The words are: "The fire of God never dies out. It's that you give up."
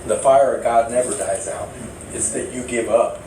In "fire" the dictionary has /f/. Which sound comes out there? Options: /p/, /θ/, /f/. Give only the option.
/f/